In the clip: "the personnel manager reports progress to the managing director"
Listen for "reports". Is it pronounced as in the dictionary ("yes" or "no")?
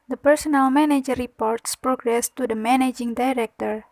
yes